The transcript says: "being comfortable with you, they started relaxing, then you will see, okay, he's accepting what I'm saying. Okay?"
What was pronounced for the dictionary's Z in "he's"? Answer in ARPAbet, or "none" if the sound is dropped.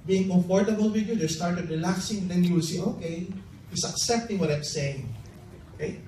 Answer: S